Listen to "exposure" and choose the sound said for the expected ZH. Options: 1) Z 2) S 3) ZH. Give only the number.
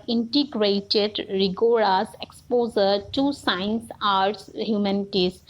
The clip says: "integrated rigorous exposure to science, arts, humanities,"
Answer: 1